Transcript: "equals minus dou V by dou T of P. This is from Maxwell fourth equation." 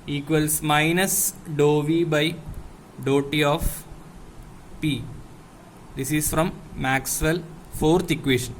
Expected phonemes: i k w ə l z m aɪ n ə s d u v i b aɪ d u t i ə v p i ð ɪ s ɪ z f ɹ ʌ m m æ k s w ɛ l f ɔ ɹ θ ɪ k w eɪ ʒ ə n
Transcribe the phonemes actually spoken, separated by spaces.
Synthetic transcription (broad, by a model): i k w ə l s m aɪ n ə s d u v i b aɪ d u t i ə f p i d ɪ s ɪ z f ɹ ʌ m m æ k s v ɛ l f ɔ ɹ t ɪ k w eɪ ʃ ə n